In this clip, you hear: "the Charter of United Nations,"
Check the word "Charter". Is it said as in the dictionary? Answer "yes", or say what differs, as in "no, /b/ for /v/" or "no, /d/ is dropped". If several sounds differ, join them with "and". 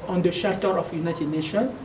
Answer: no, /ʃ/ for /tʃ/